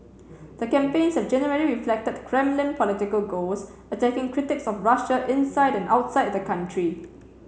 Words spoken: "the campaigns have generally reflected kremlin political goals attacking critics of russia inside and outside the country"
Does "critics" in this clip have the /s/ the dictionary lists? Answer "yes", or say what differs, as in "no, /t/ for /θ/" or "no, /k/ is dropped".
yes